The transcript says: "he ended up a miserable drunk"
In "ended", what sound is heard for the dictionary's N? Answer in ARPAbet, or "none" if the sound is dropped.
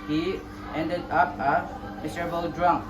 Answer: N